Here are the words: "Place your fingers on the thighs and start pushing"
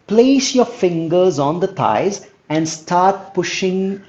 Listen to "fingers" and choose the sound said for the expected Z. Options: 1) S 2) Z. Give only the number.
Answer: 2